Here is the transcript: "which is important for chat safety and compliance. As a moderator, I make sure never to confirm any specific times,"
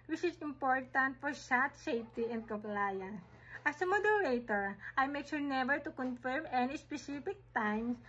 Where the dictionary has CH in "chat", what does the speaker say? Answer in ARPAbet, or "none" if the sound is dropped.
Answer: S